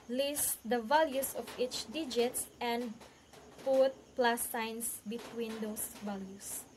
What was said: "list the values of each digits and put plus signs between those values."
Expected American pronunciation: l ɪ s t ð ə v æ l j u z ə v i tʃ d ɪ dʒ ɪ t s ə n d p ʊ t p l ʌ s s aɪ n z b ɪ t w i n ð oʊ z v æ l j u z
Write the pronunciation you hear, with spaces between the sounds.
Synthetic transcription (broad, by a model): l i s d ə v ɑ l j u s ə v i tʃ d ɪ dʒ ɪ t s ə n d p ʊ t p l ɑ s s aɪ n s b ɪ t w i n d oʊ s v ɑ l j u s